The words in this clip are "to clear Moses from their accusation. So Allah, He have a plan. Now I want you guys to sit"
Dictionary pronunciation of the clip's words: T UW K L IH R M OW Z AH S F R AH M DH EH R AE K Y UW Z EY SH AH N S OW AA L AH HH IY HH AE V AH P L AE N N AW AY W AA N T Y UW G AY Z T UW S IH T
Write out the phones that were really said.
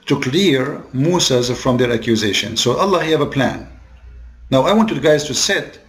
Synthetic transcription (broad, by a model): T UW K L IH R M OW S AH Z F R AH M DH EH R AE K Y UW Z EY SH AH N S OW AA L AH HH IY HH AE V AH P L AE N N AW AY W AA N T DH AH G AY Z T UW S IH T